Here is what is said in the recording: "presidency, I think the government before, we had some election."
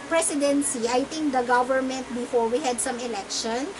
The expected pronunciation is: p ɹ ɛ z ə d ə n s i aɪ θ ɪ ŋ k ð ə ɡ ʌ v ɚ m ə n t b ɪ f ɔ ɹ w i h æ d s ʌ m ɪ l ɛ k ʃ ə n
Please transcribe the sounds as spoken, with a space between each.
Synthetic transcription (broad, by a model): p ɹ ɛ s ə d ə n s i aɪ t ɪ ŋ k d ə ɡ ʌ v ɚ m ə n t b ɪ f ɔ ɹ w i h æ d s ʌ m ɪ l ɛ k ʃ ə n